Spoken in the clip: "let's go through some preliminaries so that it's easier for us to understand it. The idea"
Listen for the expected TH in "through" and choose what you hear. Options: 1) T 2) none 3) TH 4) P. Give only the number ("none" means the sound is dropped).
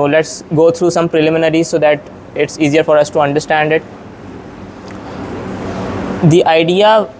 1